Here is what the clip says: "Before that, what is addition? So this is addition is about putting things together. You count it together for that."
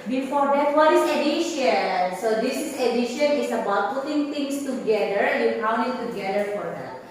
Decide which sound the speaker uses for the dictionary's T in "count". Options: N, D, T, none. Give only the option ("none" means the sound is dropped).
none